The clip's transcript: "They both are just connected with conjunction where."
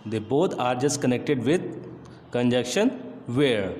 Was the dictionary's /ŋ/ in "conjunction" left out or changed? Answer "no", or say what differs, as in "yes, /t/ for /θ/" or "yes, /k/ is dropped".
yes, /ŋ/ is dropped